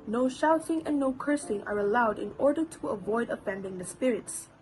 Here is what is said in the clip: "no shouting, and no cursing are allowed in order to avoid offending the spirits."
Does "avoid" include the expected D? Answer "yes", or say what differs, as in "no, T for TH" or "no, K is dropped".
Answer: yes